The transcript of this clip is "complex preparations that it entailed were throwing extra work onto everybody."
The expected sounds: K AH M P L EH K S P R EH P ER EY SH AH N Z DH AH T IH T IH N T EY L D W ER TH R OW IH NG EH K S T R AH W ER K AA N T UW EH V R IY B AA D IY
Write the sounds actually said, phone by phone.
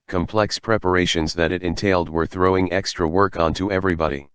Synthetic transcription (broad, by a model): K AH M P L EH K S P R EH P ER EY SH AH N Z DH AH T IH T IH N T EY L D W ER TH R OW IH NG EH K S T R AH W ER K AA N T UW EH V R IY B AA D IY